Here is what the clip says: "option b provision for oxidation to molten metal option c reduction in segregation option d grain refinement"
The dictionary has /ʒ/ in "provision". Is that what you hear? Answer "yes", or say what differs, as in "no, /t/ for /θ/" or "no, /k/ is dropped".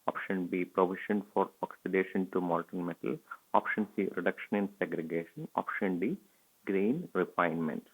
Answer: no, /ʃ/ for /ʒ/